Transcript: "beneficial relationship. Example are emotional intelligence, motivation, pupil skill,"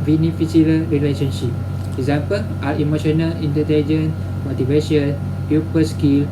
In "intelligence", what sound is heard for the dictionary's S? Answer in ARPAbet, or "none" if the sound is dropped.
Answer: none